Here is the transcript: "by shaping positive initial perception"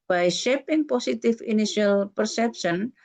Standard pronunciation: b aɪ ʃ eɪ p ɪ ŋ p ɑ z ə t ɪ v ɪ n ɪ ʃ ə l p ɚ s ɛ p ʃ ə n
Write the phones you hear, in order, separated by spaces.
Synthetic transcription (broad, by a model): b aɪ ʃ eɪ p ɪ ŋ p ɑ s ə t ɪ f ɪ n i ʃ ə l p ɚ s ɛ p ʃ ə n